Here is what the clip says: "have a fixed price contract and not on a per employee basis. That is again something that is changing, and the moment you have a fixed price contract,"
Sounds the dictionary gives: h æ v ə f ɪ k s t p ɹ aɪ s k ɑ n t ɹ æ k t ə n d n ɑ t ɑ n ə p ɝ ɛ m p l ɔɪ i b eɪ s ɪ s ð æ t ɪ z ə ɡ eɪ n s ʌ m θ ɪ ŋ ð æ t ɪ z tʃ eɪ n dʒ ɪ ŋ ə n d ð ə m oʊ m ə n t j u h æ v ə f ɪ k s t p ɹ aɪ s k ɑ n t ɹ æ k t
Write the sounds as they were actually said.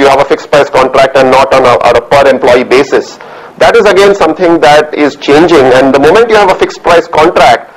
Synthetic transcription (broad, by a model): h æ v ə f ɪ k s p ɹ aɪ s k ɑ n t ɹ æ k t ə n n ɑ t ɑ n ə p ɝ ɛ m p l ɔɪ i b eɪ s ɪ s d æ t ɪ z ə ɡ eɪ n s ʌ m t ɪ ŋ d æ t ɪ z tʃ eɪ n dʒ ɪ ŋ ə n d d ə m oʊ m ə n t j u h æ v ə f ɪ k s t p ɹ aɪ s k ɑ n t ɹ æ k t